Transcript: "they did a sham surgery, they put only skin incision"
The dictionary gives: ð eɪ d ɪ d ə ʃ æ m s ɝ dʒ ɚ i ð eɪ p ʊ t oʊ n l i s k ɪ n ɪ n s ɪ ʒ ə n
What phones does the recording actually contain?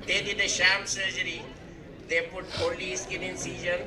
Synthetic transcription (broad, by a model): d eɪ d ɪ d ə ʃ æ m s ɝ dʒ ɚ i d eɪ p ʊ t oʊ l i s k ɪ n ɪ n s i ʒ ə n